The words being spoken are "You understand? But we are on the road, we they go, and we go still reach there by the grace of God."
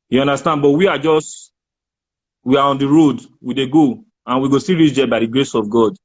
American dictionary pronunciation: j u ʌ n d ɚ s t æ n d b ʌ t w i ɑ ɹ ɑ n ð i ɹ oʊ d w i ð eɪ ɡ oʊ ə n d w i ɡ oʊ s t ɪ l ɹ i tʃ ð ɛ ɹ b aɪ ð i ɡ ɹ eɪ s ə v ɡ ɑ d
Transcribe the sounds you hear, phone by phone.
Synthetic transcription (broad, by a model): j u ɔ n d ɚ s t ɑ n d b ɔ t w i ɑ w ɑ n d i ɹ oʊ d w i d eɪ ɡ oʊ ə n w i ɡ oʊ s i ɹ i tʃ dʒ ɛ b aɪ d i ɡ ɹ eɪ s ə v ɡ ɑ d